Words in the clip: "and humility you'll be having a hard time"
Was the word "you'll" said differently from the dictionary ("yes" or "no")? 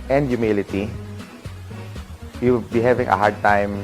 yes